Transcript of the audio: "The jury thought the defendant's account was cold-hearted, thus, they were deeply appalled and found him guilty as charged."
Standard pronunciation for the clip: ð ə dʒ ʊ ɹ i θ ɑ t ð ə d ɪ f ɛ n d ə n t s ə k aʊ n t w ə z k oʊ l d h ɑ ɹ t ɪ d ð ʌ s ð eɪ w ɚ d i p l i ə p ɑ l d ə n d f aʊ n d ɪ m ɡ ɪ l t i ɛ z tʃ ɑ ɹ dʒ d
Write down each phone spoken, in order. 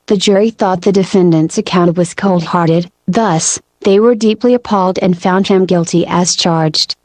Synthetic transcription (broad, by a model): ð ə dʒ ʊ ɹ i θ ɑ t ð ə d ɪ f ɛ n d ə n t s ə k aʊ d w ə z k oʊ l d h ɑ ɹ t ɪ d ð ʌ s ð eɪ w ɚ d i p l i ə p ɑ l d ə n f aʊ n d ɪ m ɡ ɪ l t i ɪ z tʃ ɑ ɹ dʒ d